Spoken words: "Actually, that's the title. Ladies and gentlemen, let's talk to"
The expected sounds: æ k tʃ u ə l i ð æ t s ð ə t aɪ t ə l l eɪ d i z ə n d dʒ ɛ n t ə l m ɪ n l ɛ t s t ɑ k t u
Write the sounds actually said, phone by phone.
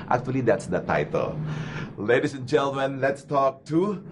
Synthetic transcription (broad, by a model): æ k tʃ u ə l i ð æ t s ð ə t aɪ t ə l l eɪ d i s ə n dʒ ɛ n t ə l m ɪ n l ɛ t s t ɑ k t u